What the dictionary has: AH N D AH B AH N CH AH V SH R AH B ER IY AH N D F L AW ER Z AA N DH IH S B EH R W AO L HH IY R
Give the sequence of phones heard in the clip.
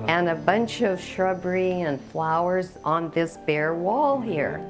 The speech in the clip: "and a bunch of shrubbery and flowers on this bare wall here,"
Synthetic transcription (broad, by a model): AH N AH B AH N CH AH V SH R AH B ER IY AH N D F L AW ER Z N DH IH S B EH R W AO L HH IY R